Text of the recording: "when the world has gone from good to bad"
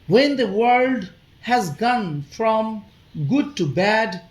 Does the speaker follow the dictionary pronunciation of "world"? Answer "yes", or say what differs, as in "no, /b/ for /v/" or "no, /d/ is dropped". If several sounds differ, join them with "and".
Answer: yes